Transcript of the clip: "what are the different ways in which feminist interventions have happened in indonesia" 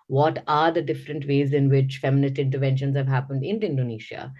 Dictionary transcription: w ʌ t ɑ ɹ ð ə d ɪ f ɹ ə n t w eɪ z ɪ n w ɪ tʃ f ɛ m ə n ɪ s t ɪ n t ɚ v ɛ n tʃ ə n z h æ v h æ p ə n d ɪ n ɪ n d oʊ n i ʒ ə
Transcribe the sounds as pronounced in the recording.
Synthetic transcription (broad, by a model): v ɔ t ɑ ɹ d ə d ɪ f ɹ ə n t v eɪ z ɪ n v ɪ tʃ f ɛ m ə n ɪ s t ɪ n t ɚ v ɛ n ʃ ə n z h æ v h æ p ə n d ɪ n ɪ n d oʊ n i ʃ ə